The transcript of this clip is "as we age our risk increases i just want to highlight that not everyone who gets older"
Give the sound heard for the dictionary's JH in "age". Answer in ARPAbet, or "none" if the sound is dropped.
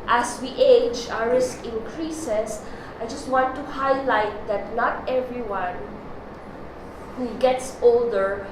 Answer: JH